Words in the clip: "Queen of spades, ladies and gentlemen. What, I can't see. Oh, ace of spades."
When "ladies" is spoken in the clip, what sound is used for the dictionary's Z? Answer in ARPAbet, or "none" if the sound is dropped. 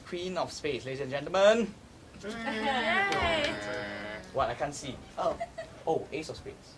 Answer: none